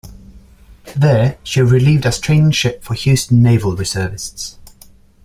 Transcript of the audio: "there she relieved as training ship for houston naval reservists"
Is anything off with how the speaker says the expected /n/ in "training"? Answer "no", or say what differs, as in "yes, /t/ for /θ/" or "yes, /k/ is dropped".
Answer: no